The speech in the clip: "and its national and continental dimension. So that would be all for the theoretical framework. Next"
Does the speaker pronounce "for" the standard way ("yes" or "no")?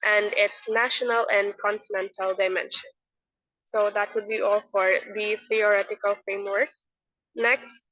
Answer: yes